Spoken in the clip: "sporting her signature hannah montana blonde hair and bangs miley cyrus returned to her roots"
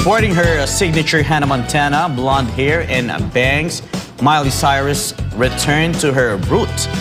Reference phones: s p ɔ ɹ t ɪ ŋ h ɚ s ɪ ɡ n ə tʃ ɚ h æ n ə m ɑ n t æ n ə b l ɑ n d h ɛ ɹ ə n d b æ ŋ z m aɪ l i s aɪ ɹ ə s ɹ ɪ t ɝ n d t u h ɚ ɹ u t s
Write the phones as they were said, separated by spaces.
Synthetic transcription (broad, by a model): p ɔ ɹ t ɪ ŋ h ɚ s ɪ ɡ n ə tʃ ɚ h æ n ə m ɑ n t æ n ə b l ɑ n d h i ɹ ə n b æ ŋ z m aɪ l i s aɪ ɹ ə s ɹ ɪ t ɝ n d t u h ɚ ɹ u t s